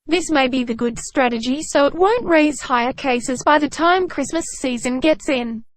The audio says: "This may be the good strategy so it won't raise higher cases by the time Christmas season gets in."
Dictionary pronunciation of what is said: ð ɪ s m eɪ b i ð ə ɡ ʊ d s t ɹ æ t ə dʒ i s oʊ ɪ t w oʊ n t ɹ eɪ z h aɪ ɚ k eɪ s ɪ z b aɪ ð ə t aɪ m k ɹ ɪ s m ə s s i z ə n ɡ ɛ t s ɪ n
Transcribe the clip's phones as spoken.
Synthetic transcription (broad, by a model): ð ɪ s m eɪ b i ð ə ɡ ʊ d s t ɹ æ t ə dʒ i s oʊ ɪ t w oʊ n t ɹ eɪ z h aɪ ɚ k eɪ s ɪ z b aɪ ð ə t aɪ m k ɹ ɪ s m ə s s i z ə n ɡ ɛ t s ɪ n